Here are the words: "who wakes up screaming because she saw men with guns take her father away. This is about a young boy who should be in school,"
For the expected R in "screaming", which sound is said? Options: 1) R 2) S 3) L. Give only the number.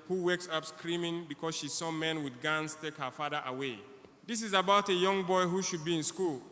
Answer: 1